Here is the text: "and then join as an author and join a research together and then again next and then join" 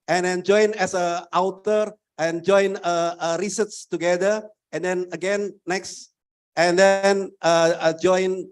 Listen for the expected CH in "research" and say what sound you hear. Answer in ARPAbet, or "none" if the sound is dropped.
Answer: S